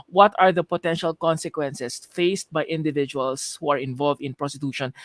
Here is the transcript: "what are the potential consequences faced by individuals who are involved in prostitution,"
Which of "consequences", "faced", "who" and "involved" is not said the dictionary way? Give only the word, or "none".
consequences